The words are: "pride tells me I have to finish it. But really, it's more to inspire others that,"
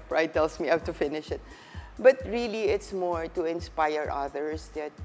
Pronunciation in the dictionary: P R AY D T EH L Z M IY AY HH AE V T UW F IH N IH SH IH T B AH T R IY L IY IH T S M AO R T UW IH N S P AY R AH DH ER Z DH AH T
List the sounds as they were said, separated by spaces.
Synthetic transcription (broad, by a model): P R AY T EH L S M IY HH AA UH T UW F IH N IH SH IH T B AH T R IY L IY IH T S M AO R T UW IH N S P AY R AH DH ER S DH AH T